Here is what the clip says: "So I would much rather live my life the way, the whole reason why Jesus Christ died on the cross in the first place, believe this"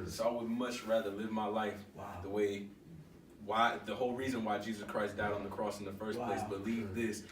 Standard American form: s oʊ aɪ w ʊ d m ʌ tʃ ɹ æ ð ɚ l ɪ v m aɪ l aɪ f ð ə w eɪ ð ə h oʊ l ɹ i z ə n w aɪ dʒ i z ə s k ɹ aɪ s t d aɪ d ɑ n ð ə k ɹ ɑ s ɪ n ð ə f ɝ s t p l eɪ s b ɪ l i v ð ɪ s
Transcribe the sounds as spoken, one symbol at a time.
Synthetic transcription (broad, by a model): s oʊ aɪ w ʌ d m ʌ tʃ ɹ æ ð ɚ l ɪ v m aɪ l aɪ f ð ə w eɪ ð ə h oʊ l ɹ i z ə n w aɪ dʒ i z ə s k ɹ aɪ s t d aɪ d n ð ə k ɹ ɑ s n ð ə f ɝ s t p l eɪ s b ɪ l i v ð ɪ s